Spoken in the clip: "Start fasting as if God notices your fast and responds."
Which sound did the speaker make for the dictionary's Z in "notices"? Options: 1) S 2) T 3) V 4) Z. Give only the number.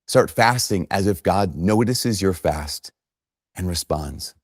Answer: 4